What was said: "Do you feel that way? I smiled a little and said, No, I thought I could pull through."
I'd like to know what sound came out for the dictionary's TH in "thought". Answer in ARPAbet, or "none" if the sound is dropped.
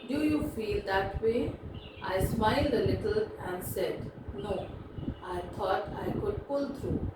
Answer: T